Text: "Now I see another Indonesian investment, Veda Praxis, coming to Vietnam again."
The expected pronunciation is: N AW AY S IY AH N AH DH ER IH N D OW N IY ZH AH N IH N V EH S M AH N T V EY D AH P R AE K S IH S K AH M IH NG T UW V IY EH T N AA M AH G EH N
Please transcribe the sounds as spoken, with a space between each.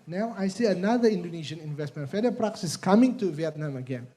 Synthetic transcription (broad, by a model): N AW AY S IY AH N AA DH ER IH N D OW N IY SH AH N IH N V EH S M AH N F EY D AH P R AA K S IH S K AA M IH NG T UW V IY EH T N AA M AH G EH N